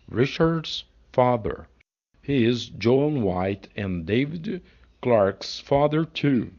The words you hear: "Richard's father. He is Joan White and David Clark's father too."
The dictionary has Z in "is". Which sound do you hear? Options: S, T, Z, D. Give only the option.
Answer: Z